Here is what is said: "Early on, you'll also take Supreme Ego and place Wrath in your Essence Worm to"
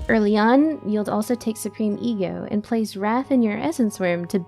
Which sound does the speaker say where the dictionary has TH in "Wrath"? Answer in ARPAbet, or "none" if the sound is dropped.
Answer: TH